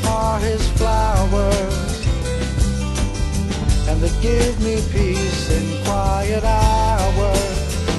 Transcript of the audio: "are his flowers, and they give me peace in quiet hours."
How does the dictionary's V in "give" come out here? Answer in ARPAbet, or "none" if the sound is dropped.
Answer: V